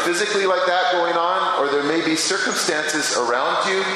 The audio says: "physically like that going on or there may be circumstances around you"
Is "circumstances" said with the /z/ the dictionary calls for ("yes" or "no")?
yes